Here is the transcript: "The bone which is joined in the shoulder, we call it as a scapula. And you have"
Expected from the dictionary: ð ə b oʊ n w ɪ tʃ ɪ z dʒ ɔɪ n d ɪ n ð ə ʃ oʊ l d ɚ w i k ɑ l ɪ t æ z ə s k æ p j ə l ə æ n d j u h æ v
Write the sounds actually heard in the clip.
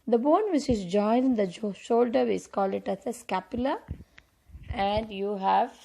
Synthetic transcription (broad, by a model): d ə b oʊ n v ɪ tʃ ɪ z dʒ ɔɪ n ɪ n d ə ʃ oʊ l d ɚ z k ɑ l ɪ t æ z ə s k æ p j ə l ə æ n d j u h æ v